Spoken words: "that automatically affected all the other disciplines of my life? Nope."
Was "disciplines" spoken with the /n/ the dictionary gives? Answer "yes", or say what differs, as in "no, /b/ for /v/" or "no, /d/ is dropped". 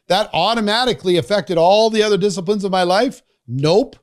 yes